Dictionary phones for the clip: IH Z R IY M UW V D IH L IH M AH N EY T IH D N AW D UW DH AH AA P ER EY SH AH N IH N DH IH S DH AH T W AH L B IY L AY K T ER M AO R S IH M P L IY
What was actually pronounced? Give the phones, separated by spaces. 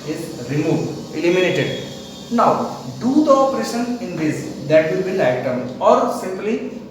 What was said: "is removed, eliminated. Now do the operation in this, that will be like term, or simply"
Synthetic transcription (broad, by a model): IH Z R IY M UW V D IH L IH M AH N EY T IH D N AW D UW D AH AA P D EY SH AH N IH N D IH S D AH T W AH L B IY N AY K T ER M AO R S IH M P L IY